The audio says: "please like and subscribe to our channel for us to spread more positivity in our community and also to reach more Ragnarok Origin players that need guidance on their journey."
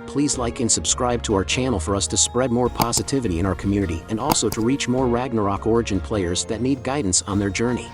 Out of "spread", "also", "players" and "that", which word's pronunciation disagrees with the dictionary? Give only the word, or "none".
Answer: none